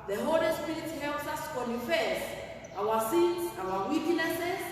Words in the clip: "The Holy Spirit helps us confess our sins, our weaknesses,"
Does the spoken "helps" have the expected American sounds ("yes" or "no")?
yes